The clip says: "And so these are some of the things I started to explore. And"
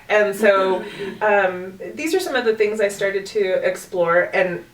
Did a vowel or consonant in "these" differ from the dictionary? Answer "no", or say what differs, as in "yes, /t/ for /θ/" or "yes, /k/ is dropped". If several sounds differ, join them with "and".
no